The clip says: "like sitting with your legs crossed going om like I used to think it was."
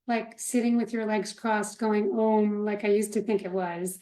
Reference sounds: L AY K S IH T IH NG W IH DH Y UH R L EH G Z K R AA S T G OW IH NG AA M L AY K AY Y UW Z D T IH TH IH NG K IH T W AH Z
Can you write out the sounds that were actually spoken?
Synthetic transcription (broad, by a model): L AY K S IH T IH NG W IH DH Y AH R L EH G Z K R AA S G OW IH NG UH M L AY K AY Y UW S T IH TH IH NG K IH T W AH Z